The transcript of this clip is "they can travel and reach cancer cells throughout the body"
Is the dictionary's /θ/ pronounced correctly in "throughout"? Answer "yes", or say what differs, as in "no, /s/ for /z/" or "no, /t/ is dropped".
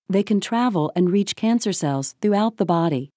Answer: yes